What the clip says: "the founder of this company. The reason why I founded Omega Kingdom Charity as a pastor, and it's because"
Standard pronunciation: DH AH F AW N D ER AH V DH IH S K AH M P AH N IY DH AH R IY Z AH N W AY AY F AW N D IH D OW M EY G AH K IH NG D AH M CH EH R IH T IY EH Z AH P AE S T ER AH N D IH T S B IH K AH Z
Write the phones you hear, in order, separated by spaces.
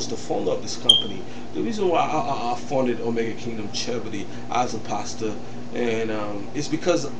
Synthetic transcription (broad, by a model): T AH F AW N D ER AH P DH IH S K AH M P AH N IY DH AH R IY Z AH N W AY AY F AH N D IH D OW M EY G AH K IH NG D AH M CH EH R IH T IY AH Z AH P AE S T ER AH N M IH T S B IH K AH Z